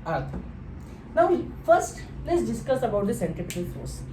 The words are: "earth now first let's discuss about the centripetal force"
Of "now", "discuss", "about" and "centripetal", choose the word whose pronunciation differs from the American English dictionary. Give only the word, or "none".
centripetal